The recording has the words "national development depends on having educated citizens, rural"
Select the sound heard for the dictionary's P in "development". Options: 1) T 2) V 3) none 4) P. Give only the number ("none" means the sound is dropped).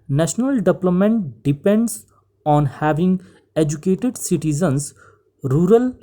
3